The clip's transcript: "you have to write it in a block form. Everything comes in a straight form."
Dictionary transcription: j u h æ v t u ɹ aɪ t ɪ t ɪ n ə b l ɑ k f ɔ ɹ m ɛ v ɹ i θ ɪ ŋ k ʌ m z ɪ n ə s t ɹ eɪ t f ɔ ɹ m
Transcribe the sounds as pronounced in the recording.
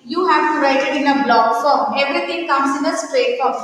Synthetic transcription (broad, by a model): j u h æ v t u ɹ aɪ t ɪ t ɪ n ə b l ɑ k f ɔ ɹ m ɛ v ɹ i t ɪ ŋ k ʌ m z ɪ n ə s t ɹ eɪ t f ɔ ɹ